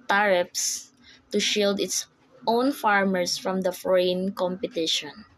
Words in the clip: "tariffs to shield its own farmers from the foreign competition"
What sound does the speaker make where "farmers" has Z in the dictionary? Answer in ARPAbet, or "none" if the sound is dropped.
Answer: S